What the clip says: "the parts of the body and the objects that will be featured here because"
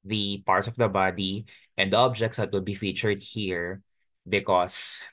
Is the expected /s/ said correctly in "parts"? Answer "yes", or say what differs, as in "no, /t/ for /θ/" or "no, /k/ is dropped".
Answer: yes